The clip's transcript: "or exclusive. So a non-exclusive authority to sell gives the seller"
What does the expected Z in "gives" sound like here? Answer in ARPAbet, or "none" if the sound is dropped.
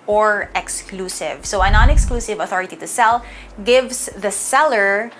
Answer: S